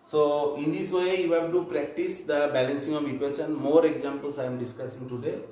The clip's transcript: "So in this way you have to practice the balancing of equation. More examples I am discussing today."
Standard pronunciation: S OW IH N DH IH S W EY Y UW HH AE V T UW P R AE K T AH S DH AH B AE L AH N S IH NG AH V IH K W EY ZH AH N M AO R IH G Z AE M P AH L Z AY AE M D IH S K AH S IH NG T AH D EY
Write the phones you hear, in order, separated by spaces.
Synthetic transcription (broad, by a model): S OW IH N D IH S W EY Y UW HH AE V T UW P R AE K T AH S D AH B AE L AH N S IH NG AH V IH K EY S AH N M AO R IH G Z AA M P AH L S AY M D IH S K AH S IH NG T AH D EY